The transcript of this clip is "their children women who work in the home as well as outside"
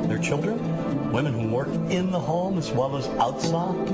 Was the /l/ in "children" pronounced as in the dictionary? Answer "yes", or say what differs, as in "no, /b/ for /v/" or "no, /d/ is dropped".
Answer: yes